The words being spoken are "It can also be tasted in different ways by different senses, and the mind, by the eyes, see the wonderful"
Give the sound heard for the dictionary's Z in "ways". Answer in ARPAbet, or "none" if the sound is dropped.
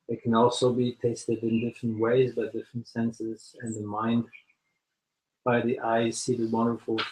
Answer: Z